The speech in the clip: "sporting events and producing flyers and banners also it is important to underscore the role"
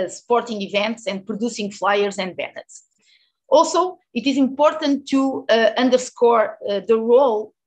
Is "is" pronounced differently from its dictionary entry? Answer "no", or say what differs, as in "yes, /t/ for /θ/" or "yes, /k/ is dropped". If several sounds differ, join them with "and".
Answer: no